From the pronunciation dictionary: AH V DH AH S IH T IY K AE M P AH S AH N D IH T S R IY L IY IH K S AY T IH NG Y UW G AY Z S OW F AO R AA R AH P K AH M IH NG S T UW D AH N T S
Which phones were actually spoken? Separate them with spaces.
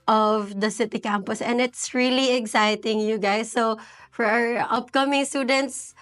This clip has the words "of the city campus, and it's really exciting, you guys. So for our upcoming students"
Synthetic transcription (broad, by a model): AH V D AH S IH T IY K AE M P AH S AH N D IH T S R IY L IY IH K S AY T IH NG Y UW G AY S OW F AO R AA R AH P K AH M IH NG S T UW D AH N T S